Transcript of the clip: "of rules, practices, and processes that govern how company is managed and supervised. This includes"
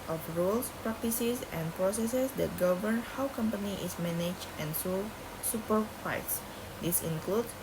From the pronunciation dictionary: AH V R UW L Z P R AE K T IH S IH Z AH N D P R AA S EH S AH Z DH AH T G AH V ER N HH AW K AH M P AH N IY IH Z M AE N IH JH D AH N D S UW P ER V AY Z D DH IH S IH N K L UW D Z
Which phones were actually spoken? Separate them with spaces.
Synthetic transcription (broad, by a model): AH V R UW L S P R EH K T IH S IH S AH N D P R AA S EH S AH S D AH T G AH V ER N HH AW K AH M P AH N IY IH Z M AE N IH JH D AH N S S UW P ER F AY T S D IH S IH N K L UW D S